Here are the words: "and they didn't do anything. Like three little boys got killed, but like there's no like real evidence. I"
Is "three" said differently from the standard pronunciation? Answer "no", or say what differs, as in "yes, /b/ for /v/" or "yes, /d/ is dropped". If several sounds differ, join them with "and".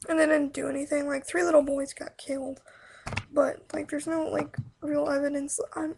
no